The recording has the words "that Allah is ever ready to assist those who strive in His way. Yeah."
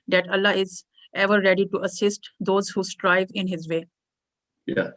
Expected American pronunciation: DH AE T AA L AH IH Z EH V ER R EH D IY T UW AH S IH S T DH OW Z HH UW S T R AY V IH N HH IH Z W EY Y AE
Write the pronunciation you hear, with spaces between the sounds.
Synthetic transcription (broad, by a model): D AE T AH L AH IH Z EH V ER R EH D IY T UW AH S IH S T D OW Z HH UW S T R AY V IH N HH IH Z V EY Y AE